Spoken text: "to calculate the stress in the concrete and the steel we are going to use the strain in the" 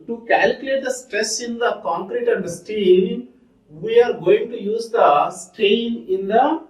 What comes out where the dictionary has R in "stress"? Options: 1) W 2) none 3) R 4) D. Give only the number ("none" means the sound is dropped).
3